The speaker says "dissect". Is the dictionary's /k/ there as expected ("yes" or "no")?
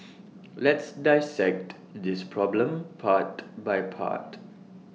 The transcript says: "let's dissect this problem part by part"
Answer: yes